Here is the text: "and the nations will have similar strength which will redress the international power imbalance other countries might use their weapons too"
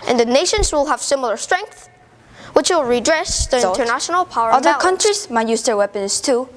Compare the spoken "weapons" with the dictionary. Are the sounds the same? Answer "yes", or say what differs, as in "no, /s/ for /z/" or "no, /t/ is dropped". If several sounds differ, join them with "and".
no, /s/ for /z/